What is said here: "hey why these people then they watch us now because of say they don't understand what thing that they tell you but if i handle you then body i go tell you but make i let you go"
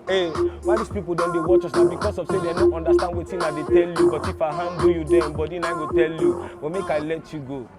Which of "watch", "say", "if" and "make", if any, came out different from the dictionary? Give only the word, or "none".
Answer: none